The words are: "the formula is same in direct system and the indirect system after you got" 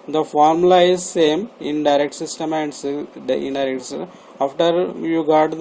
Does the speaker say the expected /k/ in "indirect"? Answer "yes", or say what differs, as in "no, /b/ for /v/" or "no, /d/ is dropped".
no, /k/ is dropped